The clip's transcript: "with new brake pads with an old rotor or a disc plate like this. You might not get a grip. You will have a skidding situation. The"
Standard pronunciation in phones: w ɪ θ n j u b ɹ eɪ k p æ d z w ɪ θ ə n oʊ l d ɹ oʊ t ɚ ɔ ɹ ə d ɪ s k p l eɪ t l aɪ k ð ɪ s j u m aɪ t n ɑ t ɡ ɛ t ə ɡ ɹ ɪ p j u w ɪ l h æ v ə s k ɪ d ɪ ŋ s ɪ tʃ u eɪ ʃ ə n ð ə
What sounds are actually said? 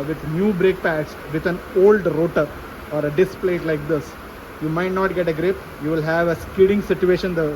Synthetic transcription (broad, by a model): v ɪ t n j u b ɹ eɪ k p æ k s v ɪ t ə n oʊ l d ɹ oʊ t ɚ ɔ ɹ ə d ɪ s p l eɪ t l aɪ k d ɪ s j u m aɪ t n ɑ t ɡ ɛ t ə ɡ ɹ ɪ p j u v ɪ l h æ v ə s k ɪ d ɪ ŋ s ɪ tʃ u eɪ ʃ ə n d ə